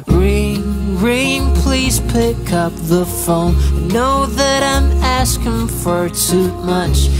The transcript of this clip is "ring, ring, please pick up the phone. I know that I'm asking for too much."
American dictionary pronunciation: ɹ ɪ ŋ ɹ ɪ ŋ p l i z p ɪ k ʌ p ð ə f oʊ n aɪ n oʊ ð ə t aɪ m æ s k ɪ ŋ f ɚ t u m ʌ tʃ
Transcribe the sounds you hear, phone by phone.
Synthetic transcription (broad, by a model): ɹ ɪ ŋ ɹ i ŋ p l i z p ɪ k ʌ p ð ə f oʊ ʊ n oʊ ð ə t aɪ m æ s k ɪ ŋ f ɚ t u m ʌ tʃ